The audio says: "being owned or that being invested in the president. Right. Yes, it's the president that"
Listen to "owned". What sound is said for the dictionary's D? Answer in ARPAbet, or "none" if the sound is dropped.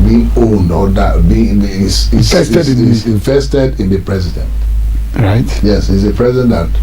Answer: D